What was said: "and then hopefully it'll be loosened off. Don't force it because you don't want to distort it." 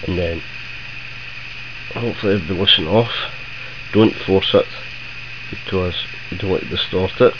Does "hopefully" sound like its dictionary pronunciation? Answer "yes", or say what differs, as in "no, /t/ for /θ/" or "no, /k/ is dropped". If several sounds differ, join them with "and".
no, /p/ is dropped